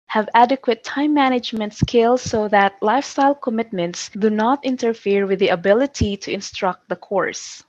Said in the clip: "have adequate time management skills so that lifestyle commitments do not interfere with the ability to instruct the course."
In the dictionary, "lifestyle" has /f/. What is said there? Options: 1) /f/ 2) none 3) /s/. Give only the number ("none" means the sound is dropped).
1